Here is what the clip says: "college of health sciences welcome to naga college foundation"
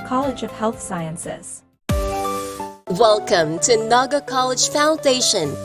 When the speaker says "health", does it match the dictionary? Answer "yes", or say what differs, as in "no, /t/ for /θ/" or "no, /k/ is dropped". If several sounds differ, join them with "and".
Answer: yes